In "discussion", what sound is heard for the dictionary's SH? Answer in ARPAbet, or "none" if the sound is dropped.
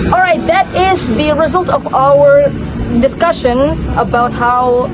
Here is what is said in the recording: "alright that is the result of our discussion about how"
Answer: SH